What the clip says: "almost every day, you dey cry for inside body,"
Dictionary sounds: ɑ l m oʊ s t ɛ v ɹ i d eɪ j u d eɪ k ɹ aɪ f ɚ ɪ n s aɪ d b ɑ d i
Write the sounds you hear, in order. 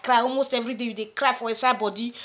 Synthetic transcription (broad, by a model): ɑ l m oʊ s t ɛ v ɹ i d eɪ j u d eɪ k ɹ aɪ f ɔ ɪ s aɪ b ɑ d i